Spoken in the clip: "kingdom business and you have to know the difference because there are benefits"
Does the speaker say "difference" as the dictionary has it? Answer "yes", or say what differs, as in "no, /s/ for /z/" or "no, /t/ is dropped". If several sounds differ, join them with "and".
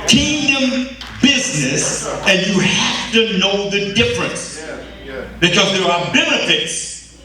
yes